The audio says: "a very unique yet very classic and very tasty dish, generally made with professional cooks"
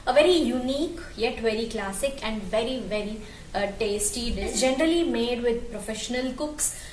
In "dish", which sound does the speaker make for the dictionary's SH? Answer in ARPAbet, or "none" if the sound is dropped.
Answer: S